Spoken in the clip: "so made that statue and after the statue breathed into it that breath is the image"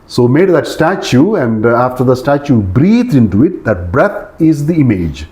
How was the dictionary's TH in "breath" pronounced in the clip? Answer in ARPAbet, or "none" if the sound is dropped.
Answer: T